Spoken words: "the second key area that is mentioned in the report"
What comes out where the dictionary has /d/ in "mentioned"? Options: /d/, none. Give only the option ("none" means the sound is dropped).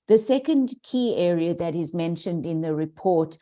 /d/